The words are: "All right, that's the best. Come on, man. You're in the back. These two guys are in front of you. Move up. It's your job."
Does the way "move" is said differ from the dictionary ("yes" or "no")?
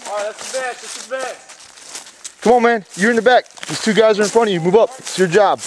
no